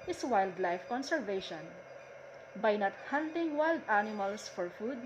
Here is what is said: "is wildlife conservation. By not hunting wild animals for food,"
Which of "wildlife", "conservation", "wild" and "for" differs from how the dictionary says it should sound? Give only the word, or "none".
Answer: none